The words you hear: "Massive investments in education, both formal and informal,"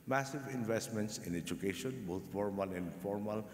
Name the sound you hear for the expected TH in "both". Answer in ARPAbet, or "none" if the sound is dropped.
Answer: T